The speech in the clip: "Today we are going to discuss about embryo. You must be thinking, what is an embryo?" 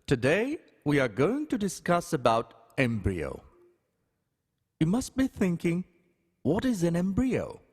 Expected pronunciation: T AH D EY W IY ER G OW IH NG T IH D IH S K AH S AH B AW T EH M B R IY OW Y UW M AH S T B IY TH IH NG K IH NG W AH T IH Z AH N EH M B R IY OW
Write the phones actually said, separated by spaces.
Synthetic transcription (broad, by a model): T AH D EY W IY ER G OW IH NG T IH D IH S K AH S AH B AW T EH M B R IY OW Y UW M AH S T B IY TH IH NG K IH NG W AH T IH Z AH N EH M B R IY OW